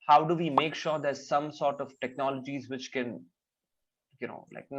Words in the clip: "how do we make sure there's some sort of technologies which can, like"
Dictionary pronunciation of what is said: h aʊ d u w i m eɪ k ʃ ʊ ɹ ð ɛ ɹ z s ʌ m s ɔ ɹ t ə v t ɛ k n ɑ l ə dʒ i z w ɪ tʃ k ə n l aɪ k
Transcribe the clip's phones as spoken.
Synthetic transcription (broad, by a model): h aʊ d u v i m eɪ k ʃ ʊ ɹ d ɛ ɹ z s ʌ m s ɔ ɹ t ə v t ɛ k n ɑ l ə dʒ i z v ɪ tʃ k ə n l aɪ k